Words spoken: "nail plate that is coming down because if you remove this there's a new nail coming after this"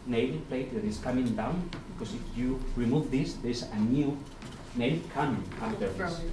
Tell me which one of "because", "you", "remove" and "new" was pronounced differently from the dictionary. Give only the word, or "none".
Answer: because